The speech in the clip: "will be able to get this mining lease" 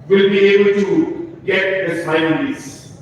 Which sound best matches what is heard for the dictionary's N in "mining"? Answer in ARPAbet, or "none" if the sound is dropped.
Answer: none